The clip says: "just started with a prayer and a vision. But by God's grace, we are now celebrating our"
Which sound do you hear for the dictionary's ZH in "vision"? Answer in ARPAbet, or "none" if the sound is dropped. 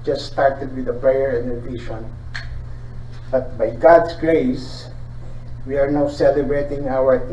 SH